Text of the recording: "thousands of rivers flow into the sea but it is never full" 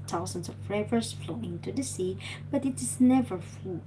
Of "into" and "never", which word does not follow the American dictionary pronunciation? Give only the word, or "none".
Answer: none